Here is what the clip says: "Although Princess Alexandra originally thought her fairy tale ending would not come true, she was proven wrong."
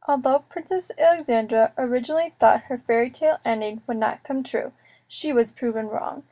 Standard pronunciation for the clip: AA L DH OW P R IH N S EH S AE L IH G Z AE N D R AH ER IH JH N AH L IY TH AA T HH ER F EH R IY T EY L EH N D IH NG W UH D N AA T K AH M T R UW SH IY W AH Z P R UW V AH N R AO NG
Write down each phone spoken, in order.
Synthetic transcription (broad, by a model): AA L DH OW P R IH N S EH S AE L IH G Z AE N D R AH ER IH JH N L IY TH AA T HH ER F EH R IY T EY L EH N D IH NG W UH D N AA T K AH M T R UW SH IY W AH Z P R UW V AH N R AO NG